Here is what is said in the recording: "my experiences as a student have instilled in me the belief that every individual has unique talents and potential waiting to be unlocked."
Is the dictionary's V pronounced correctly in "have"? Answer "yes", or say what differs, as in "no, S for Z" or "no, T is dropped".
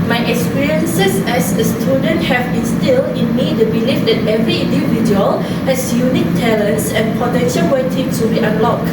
no, B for V